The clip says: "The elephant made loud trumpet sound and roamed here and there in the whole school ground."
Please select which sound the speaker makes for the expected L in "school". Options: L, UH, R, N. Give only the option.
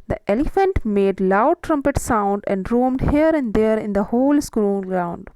N